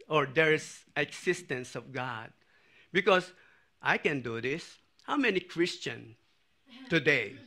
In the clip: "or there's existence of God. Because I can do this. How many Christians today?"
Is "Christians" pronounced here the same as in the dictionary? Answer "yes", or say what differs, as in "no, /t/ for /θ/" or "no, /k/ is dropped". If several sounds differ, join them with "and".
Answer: no, /z/ is dropped